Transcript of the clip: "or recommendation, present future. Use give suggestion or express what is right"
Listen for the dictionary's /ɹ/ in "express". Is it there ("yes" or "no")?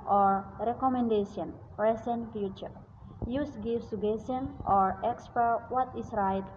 no